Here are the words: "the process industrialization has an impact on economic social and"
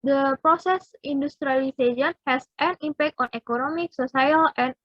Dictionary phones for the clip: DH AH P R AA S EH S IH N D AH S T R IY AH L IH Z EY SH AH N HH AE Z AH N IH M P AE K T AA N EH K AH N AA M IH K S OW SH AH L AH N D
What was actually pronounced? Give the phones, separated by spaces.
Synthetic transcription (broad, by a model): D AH P R AA S EH S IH N D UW S T R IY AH L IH S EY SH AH N HH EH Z AH N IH M P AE K T AA N EH K AH N AA M IH K S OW S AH L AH N